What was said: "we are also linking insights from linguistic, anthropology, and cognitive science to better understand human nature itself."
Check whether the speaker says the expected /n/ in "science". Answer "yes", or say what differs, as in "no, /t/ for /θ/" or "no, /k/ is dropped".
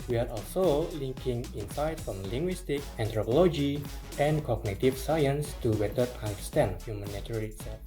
yes